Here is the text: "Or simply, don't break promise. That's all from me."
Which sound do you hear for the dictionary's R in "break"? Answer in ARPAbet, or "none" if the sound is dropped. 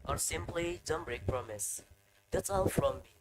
R